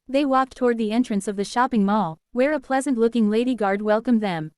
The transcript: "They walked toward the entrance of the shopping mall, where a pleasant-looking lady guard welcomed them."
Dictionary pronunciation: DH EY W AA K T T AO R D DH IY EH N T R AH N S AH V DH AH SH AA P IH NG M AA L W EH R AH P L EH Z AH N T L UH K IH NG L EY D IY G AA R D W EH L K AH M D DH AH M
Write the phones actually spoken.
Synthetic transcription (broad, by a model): DH EY W AA K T T AO R D DH IY EH N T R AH N S AH V DH AH SH AA P IH NG M AA L W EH R AH P L EH Z AH N T L UH K IH NG L EY D IY G AA R D W EH L K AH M DH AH M